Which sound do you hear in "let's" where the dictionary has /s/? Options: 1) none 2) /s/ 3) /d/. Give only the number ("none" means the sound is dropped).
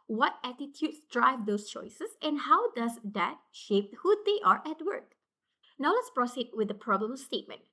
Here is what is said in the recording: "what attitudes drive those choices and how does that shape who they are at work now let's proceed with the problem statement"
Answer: 2